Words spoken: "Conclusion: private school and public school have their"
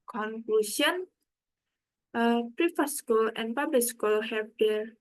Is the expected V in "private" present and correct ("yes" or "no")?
no